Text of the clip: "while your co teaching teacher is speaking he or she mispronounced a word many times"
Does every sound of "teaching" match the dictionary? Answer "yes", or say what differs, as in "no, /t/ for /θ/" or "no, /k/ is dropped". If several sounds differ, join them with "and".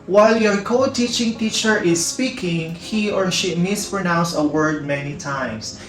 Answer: yes